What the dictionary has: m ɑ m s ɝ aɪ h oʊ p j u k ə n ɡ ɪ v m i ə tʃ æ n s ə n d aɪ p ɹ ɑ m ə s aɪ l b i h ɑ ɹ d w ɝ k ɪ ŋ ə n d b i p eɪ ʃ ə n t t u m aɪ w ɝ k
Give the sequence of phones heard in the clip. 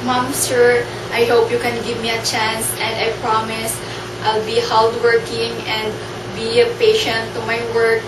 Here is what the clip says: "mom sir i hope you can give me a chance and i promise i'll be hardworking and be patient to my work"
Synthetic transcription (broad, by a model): m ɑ m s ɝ aɪ h oʊ p j u k ə n ɡ ɪ v m i ə tʃ æ n s ə n d aɪ p ɹ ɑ m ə s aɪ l b i h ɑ l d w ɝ k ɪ ŋ ə n d b i p eɪ ʃ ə n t t u m aɪ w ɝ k